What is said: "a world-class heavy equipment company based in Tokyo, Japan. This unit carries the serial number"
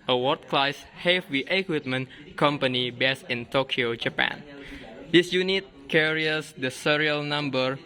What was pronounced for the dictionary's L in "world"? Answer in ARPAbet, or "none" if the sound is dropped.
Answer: none